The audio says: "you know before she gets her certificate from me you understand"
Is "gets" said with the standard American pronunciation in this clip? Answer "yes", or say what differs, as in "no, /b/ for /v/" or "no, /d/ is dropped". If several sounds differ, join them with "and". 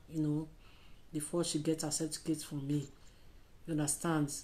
no, /s/ is dropped